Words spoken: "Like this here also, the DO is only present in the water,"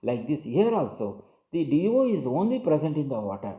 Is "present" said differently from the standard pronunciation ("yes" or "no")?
no